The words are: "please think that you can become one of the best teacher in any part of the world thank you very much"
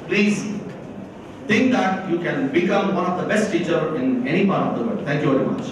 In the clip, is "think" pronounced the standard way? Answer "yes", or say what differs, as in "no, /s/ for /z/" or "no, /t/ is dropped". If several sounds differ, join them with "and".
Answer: no, /t/ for /θ/